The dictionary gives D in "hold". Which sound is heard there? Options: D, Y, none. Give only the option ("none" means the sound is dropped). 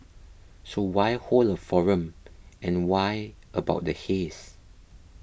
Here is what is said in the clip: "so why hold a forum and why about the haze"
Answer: none